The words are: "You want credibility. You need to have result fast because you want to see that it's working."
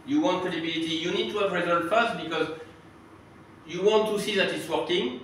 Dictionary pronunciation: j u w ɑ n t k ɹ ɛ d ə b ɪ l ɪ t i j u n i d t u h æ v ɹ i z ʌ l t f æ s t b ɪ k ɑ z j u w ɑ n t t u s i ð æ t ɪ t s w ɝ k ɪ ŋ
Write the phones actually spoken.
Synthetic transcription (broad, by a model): j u w ɑ n t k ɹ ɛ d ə b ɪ l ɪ t i j u n i d t u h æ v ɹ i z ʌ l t f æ s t b ɪ k ɑ z j u w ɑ n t t u s i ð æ t ɪ t s w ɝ k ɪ ŋ